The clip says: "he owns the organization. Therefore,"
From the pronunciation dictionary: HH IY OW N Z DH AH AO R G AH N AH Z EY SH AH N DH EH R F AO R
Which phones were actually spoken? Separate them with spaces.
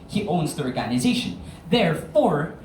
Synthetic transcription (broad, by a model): HH IY OW N Z DH AH AO R G AH N AH Z EY SH AH N DH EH R F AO R